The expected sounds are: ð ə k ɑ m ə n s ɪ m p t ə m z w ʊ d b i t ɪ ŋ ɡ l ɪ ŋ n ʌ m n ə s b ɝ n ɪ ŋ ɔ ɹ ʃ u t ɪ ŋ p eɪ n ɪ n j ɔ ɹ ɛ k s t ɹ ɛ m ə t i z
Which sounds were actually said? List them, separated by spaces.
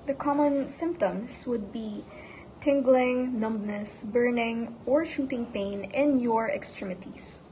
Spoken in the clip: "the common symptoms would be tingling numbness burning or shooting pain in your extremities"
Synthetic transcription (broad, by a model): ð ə k ɑ m ə n s ɪ m p t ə m s w ʊ d b i t ɪ ŋ ɡ l ɪ ŋ n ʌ m n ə s b ɝ n ɪ ŋ ɔ ɹ ʃ u t ɪ ŋ p eɪ n ɪ n j ɔ ɹ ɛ k s t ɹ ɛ m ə t i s